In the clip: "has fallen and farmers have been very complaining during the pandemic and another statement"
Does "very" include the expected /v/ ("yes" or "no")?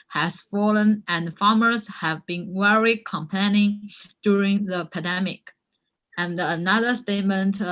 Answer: no